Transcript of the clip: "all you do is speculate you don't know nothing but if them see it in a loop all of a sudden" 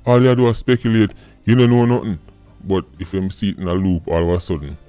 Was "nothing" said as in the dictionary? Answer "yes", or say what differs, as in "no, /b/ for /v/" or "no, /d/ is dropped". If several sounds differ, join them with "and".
no, /t/ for /θ/